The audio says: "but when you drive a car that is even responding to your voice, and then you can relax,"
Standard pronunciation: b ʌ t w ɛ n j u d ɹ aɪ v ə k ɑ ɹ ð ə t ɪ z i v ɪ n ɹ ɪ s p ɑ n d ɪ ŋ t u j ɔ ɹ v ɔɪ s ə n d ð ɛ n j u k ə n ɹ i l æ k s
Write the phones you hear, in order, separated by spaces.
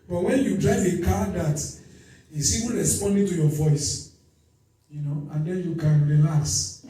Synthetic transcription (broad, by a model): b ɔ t w ɛ n j u d ɹ aɪ v ə k ɑ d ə t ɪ s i w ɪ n ɹ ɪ s p ɑ n d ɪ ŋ t u j ɔ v ɔɪ s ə n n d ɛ n j u k ə n ɹ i l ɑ k s